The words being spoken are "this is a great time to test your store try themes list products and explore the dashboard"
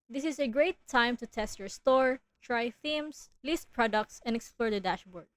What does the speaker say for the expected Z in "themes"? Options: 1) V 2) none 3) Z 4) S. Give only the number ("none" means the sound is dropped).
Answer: 4